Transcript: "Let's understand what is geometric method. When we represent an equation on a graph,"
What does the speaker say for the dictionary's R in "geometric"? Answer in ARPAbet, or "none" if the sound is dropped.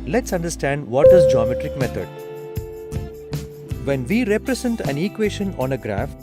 R